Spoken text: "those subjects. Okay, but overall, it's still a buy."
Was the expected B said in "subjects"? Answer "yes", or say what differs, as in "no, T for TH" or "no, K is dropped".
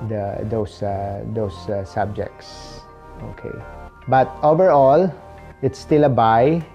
yes